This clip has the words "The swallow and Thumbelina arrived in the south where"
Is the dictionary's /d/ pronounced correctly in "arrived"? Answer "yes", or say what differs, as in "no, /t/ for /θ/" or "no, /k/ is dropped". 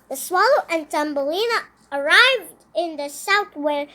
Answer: yes